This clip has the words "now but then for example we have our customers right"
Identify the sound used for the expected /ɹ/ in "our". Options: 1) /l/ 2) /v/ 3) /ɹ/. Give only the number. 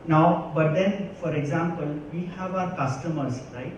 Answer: 3